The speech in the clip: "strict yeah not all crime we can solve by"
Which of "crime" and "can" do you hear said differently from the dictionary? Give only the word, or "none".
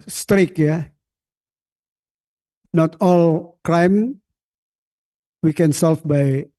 crime